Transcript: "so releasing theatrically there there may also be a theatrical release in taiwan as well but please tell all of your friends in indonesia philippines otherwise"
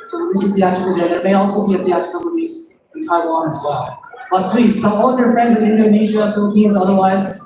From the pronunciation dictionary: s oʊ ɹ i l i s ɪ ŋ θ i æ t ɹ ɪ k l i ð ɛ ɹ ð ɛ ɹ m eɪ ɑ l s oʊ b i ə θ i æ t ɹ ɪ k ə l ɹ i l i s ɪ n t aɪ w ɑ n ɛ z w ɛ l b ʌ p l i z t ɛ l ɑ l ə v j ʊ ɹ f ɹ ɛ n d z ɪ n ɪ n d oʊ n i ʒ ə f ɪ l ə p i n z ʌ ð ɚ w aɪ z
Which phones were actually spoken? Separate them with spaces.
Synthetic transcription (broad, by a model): s oʊ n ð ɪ s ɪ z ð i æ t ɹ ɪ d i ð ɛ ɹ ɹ m eɪ ɑ l s oʊ b i ə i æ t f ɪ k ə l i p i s ɪ n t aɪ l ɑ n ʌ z w ɛ l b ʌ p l i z s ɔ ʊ ɑ l ə v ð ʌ ɹ f ɹ ɛ n d z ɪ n ɪ n d oʊ n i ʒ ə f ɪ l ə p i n z ʌ ð ɚ w aɪ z